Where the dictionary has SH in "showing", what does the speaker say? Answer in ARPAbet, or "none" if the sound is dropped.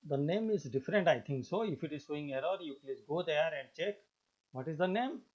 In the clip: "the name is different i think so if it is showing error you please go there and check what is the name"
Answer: S